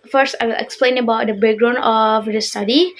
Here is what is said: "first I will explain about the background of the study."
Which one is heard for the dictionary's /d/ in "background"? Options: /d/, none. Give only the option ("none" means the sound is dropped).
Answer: none